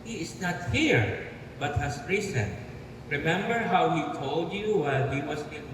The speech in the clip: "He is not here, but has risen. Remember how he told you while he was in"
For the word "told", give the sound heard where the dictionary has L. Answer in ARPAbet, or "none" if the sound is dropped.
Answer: L